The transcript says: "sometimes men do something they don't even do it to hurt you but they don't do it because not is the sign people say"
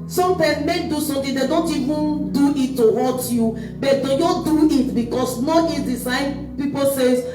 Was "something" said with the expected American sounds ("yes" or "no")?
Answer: no